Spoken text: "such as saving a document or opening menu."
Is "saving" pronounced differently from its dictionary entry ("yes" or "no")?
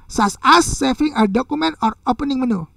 yes